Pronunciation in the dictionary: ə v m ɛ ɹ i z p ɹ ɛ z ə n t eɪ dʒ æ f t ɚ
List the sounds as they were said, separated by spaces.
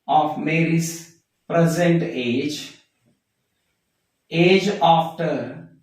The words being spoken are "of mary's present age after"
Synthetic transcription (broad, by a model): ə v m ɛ ɹ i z p ɹ ɛ z ə n t eɪ dʒ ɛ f t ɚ